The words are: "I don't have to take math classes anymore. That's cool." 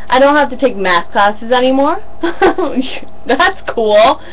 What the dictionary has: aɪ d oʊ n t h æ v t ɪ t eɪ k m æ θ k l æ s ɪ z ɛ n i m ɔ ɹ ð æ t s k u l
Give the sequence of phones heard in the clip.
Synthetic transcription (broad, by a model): aɪ d oʊ n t h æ f t ɪ t eɪ k m æ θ k l æ s ɪ z ɛ n i m ɔ ɹ ð æ t s k u l